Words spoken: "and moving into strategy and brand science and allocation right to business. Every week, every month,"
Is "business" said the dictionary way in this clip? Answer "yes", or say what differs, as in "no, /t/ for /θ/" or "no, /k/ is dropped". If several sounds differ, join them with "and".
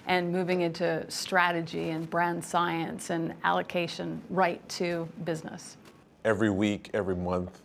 yes